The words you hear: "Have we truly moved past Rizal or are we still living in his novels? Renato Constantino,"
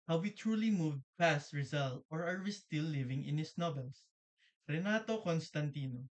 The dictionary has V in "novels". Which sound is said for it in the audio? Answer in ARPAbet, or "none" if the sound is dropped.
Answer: B